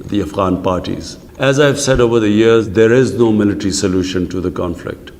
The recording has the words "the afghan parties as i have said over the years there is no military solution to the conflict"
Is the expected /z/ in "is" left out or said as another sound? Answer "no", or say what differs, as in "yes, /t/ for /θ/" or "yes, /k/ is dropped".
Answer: no